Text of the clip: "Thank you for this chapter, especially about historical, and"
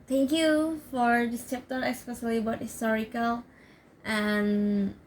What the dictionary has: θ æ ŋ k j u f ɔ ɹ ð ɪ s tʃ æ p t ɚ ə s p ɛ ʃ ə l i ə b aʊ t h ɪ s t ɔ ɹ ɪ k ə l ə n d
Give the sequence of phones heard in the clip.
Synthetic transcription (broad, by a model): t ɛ ŋ k j u f ɔ ɹ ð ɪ s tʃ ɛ p t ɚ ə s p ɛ s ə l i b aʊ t h ɪ s t ɔ ɹ ɪ k ə l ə n